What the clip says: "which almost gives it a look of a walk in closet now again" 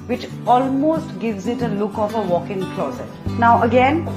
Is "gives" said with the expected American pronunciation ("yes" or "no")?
yes